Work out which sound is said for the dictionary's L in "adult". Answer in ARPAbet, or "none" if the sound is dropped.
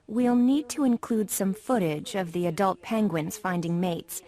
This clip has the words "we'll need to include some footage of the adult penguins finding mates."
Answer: L